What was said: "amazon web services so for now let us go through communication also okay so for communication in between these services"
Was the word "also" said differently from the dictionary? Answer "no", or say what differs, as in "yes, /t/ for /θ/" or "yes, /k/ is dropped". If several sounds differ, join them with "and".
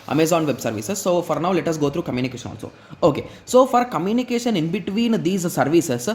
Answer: yes, /n/ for /l/